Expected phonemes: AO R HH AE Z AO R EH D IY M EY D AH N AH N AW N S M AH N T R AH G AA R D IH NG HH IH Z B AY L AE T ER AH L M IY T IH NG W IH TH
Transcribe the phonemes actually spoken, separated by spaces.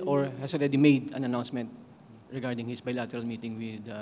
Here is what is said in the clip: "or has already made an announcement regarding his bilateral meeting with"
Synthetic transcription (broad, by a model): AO R HH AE S AO R EH D IY M EY D AH N AH N AW N S M AH N T R AH G AA R D IH NG HH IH S B AY L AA T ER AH L M IY T IH NG W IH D